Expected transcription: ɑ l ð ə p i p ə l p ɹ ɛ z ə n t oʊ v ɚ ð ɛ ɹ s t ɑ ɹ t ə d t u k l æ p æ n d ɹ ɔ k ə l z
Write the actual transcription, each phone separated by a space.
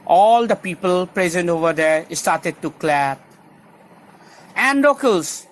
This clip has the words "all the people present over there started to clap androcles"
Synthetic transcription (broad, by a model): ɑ l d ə p i p ə l p ɹ ɛ z ə n t oʊ v ɚ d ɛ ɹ s t ɑ ɹ t ə d t u k l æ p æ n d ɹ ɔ k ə l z